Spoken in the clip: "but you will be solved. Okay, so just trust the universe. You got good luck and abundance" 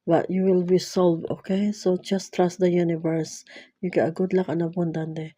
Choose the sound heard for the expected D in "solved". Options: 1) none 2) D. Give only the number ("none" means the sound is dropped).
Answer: 1